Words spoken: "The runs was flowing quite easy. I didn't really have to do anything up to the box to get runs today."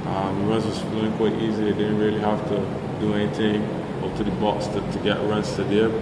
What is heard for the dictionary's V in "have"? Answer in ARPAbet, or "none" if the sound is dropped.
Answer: F